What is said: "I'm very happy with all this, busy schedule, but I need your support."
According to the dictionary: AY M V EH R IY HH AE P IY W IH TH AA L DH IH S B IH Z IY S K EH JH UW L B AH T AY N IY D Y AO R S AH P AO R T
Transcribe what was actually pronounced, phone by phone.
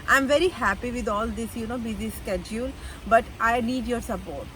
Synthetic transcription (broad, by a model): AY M V EH R IY HH AE P IY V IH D AA L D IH S B IH Z IY S K EH JH UW L B AH T AY N IY D Y AO R S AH P AO R T